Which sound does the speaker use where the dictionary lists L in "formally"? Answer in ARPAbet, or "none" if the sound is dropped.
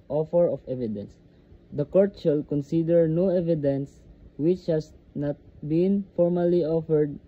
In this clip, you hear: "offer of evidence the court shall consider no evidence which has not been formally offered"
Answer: L